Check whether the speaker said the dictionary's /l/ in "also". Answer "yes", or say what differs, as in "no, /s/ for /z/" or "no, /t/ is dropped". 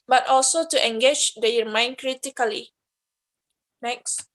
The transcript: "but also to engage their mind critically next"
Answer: yes